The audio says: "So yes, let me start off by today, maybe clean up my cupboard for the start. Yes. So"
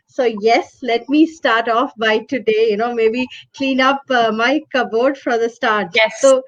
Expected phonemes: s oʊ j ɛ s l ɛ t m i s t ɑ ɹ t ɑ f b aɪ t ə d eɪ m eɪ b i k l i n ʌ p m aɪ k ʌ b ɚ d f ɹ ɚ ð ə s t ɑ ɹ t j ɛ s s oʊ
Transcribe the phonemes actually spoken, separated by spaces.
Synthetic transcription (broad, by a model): s oʊ j ɛ s l ɛ t m i s t ɑ ɹ t ɑ f b aɪ t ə d eɪ m eɪ b i k l i n ʌ p m aɪ k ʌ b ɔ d f ɹ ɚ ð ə s t ɑ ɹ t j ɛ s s oʊ